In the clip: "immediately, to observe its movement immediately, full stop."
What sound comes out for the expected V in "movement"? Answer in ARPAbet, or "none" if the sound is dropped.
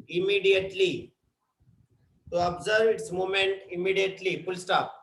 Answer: none